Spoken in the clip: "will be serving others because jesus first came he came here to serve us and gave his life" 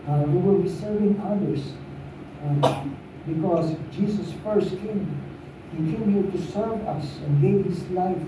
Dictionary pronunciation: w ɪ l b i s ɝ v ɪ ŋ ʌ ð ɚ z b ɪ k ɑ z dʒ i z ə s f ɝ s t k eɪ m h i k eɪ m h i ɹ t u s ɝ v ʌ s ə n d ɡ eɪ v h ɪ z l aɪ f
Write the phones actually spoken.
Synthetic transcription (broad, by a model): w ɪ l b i s ɝ v ɪ ŋ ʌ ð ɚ s b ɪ k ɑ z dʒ i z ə s f ɝ s t k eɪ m h i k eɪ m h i t u s ɝ v ʌ s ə n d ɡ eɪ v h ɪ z l aɪ f